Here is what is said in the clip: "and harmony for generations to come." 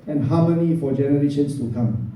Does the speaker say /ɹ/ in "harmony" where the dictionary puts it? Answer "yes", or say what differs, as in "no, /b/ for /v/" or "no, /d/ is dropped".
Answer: no, /w/ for /ɹ/